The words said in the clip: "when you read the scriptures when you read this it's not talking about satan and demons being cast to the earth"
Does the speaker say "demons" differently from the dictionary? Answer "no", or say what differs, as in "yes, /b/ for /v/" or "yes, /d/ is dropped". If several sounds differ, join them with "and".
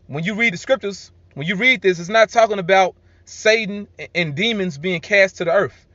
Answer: no